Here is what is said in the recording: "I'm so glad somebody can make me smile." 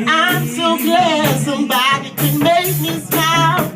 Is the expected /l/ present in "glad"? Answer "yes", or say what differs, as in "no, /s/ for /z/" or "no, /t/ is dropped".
no, /l/ is dropped